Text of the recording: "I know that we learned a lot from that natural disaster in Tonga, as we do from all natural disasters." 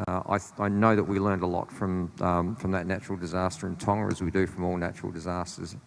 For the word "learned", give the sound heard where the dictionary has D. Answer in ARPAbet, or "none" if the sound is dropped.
D